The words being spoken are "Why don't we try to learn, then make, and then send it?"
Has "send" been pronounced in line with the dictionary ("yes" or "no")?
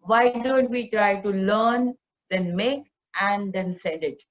no